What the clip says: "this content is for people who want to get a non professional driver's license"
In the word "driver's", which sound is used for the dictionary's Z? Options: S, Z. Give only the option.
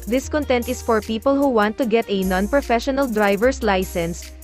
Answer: S